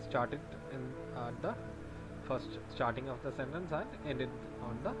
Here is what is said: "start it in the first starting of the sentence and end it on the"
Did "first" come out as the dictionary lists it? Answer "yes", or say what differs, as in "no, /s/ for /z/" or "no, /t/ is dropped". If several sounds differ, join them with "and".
yes